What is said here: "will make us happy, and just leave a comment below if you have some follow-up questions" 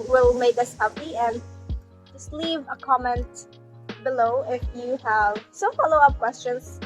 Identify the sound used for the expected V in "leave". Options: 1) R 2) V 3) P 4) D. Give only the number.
2